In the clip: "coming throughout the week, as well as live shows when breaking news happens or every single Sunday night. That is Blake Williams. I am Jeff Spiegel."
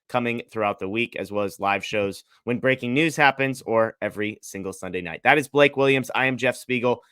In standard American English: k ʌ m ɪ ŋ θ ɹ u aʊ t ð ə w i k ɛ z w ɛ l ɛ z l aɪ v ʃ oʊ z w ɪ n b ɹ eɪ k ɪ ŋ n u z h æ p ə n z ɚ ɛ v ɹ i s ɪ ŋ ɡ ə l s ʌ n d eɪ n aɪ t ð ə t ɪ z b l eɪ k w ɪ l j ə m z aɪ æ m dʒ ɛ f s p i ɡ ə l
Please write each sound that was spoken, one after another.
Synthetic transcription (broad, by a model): k ʌ m ɪ ŋ θ ɹ u aʊ t ð ə w i k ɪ z w ɛ l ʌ z l aɪ v ʃ oʊ z w ɪ n b ɹ eɪ k ɪ ŋ n u z h æ p ə n z ɚ ɛ v ɹ i s ɪ ŋ ɡ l s ʌ n d eɪ n aɪ t ð ə t ɪ z b l eɪ k w ɪ l j ə m z aɪ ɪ m dʒ ɛ f s p i ɡ l